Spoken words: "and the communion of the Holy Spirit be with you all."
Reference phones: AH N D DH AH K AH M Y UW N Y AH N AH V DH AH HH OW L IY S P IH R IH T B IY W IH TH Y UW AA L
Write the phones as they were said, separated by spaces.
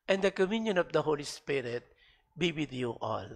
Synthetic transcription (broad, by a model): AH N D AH K AH M Y UW N Y AH N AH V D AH HH OW L IY S P IH R IH T B IY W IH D Y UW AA L